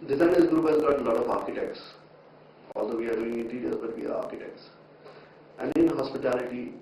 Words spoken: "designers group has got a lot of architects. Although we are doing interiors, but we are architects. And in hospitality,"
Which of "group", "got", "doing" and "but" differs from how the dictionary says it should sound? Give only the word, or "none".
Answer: group